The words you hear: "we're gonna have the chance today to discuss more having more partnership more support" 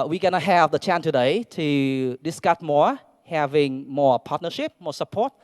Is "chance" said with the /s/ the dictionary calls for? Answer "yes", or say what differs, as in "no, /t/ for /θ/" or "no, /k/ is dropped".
no, /s/ is dropped